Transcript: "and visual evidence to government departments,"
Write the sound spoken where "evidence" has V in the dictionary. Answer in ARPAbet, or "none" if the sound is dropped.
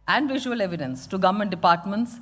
V